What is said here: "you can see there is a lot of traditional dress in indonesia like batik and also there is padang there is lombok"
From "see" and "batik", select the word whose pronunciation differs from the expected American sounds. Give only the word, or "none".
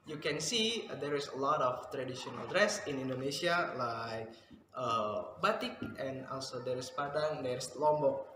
none